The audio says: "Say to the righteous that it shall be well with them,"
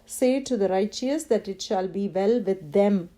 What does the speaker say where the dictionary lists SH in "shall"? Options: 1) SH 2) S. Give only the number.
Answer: 1